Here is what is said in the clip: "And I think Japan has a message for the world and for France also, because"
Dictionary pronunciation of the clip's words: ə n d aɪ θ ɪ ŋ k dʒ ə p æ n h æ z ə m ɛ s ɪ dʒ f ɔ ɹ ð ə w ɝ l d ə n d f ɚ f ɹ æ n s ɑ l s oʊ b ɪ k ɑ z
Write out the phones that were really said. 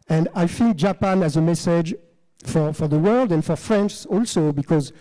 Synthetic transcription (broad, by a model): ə n d aɪ f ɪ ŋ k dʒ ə p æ n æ z ə m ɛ s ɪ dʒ f ɔ ɹ ð ə w ɝ l d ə n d f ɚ f ɹ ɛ n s ɑ l s oʊ b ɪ k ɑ z